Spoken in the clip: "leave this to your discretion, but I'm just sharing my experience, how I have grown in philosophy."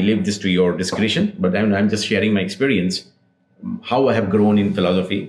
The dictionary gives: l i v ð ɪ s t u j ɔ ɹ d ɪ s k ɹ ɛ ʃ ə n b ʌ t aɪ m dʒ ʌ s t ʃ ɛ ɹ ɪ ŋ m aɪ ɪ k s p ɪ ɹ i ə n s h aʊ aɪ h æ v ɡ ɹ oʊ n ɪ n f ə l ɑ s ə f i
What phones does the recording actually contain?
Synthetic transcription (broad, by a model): l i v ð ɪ s t u j ɔ ɹ d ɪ s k ɹ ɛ ʃ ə n b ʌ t aɪ m dʒ ʌ s t ʃ ɛ ɹ ɪ ŋ m aɪ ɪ k s p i ɹ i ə n s h aʊ aɪ h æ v ɡ ɹ oʊ n ɪ n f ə l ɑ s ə f i